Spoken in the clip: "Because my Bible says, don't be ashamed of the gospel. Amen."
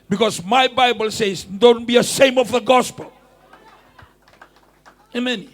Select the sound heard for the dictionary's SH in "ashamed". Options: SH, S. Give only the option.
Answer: S